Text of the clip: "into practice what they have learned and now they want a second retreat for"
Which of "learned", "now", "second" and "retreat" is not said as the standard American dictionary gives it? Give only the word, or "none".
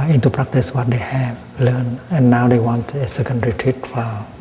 learned